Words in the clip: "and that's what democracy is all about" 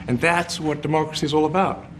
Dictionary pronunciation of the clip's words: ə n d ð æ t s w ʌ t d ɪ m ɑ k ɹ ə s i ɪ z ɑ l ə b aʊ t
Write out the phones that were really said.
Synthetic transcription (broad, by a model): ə n ð æ t s w ʌ t d ɪ m ɑ k ɹ ə s i ɪ z ɑ l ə b aʊ t